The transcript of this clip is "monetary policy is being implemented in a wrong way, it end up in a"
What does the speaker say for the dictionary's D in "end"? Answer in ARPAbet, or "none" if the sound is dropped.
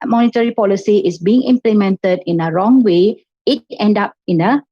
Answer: D